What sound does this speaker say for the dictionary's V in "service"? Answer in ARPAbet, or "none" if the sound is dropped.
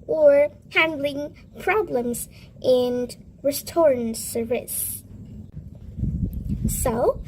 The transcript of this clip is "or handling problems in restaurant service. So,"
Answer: none